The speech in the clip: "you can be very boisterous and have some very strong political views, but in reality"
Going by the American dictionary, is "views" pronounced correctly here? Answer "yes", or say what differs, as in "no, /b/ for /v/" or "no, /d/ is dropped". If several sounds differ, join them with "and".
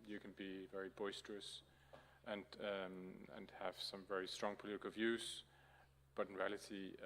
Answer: yes